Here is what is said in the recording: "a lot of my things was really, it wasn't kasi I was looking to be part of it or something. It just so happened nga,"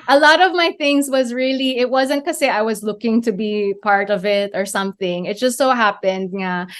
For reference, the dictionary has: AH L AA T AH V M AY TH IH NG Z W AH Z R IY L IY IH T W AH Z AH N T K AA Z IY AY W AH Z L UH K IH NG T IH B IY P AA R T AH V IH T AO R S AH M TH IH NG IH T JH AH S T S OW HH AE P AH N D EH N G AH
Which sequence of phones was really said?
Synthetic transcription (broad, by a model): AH L AA T AH V M AY TH IH NG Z W AH Z R IY L IY IH T W AH Z AH N T K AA S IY AY W AH Z L UH K IH NG T IH B IY P AA R T AH V IH T AO R S AH M TH IH NG IH T JH AH S T S OW HH AE P AH N D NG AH